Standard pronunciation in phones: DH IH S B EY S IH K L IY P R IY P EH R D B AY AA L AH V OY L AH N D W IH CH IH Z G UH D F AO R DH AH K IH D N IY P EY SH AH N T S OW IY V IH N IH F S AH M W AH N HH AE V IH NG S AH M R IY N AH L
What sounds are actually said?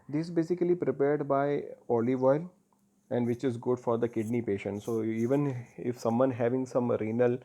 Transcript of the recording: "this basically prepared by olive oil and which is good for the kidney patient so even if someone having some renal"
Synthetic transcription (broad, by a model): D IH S B EY S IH K L IY P R IY P EH R D B AY AA L AH V OY L AH N D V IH CH IH Z G UH D F AO R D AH K IH D N IY P EY SH AH N T S OW IY V IH N IH F S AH M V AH N HH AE V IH NG S AH M R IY N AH L